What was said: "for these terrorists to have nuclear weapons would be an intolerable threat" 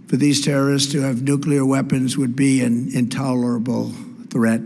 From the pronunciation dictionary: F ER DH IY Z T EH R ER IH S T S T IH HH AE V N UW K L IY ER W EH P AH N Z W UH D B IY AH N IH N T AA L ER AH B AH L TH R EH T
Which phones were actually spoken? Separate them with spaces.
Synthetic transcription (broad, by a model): F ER DH IY Z T EH R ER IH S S T IH V N UW K L IY ER W EH P AH N Z W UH D B IY AH N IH N T AA L ER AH B L TH R EH T